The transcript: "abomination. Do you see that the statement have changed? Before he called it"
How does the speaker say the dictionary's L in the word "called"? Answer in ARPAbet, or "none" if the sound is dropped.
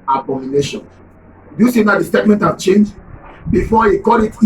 none